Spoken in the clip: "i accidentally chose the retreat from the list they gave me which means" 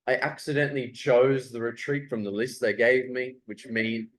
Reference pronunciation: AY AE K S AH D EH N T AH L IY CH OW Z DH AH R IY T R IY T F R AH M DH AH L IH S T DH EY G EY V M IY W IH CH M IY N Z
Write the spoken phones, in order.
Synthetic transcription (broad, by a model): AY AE K S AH D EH N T L IY CH OW Z DH AH R IY T R IY T F R AH M DH AH L IH S T DH EY G EY V M IY W IH CH M IY N